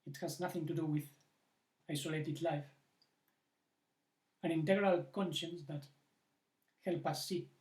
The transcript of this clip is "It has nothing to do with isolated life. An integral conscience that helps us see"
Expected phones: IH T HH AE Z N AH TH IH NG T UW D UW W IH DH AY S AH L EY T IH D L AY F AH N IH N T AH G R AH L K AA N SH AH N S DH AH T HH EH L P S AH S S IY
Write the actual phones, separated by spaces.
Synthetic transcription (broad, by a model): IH T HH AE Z N AH TH IH NG T UW D UW W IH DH AY S AH L EY T IH D L AY F AH N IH N T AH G R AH L K AA N SH AH N S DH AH T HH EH L P AH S S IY